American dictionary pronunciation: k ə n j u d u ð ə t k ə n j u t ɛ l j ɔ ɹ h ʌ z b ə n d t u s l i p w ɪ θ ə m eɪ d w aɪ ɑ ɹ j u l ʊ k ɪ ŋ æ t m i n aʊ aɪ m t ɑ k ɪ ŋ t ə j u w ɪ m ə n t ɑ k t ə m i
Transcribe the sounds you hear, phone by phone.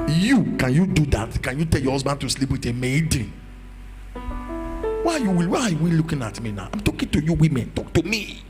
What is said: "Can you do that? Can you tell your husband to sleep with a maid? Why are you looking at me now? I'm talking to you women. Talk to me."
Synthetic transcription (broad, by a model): k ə n j u d u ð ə t k ə n j u t ɛ l j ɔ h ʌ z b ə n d t u s l i p w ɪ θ ə m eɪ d w aɪ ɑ w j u l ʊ k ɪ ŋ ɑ t m i n aʊ aɪ m t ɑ k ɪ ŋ t ə j u w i m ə n t ɑ k t ə m i